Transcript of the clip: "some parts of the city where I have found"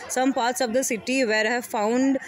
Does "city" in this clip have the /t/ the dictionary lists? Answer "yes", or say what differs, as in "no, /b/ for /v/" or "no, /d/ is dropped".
yes